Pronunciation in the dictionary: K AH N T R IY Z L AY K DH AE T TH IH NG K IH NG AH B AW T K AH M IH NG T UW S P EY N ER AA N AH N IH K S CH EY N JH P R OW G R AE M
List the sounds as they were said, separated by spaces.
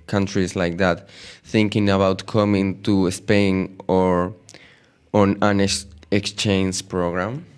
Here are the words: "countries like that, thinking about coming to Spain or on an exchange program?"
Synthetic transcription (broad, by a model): K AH N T R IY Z L AY K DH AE T TH IH NG K IH NG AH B AW T K AH M IH NG T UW S P EY N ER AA N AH N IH K S CH EY N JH P R OW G R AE M